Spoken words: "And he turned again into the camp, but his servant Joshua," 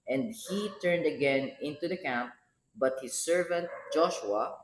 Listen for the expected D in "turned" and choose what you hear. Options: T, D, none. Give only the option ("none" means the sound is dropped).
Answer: D